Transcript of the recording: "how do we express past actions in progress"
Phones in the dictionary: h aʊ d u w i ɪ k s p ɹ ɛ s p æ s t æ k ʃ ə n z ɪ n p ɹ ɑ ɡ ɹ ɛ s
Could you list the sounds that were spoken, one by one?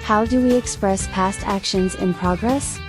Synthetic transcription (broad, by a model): h aʊ d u w i ɪ k s p ɹ ɛ s p æ s t æ k ʃ ə n z ɪ n p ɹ ɑ ɡ ɹ ɛ s